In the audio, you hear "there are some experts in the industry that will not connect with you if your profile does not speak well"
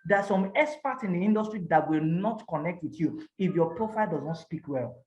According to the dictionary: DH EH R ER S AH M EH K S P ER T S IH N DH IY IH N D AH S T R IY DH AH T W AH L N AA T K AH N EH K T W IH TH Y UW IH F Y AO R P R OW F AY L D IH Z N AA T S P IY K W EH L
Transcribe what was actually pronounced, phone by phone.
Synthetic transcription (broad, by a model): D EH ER S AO M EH S P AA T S IH N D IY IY N D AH S T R IY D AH T W AH L N AA T K AH N EH K T W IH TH Y UW IH F Y AO P R OW F AY L D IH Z N AA T S P IY K W EH L